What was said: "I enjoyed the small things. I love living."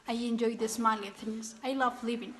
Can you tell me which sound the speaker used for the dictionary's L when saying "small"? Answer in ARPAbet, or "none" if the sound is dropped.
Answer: N